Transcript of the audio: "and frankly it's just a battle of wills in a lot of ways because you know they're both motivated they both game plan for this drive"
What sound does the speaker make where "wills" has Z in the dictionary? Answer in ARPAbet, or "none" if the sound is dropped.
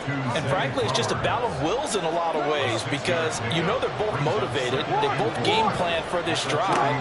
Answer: Z